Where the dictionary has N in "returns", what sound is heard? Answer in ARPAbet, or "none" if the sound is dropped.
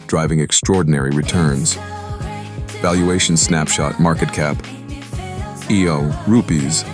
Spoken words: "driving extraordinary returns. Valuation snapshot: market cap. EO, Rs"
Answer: N